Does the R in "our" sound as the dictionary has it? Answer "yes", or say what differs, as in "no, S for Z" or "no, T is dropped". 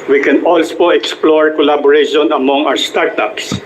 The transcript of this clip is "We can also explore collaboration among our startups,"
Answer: no, W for R